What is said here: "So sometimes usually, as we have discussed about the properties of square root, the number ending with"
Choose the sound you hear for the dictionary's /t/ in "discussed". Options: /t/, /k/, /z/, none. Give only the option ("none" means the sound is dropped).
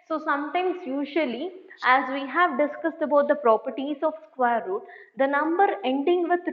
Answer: /t/